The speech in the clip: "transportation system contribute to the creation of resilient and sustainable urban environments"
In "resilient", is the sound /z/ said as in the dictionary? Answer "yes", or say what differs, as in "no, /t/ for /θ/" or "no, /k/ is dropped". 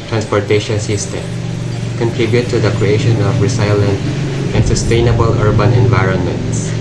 no, /s/ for /z/